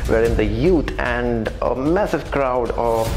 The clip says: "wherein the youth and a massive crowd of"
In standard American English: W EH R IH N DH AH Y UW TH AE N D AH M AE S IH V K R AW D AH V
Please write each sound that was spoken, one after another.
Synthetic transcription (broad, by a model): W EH R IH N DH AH Y UW T AE N D AH M AE S IH V K R AW D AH